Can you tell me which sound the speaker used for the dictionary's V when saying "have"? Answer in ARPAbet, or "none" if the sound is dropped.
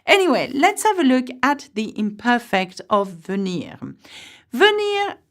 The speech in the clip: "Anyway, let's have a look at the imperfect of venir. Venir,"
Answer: V